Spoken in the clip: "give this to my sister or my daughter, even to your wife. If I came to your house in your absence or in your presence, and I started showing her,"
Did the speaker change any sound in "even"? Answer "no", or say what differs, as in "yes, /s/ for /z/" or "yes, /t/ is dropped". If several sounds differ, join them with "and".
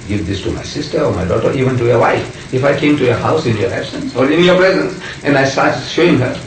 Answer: no